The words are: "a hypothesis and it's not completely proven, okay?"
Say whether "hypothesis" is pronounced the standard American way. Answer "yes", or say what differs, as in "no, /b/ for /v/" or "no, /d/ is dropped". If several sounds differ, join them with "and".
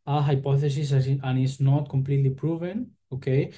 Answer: yes